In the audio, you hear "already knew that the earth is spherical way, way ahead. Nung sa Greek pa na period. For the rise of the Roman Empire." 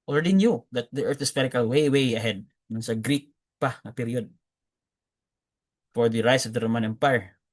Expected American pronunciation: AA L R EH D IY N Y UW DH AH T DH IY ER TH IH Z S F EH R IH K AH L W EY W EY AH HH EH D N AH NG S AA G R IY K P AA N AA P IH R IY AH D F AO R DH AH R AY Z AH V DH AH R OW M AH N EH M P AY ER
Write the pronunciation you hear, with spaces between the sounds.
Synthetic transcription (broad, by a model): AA L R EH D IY N Y UW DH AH T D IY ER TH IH S P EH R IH K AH L W EY W EY AH HH EH D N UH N S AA G R IY K P AA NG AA P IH R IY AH D F AO R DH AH R AY S AH V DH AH R OW M AH N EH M P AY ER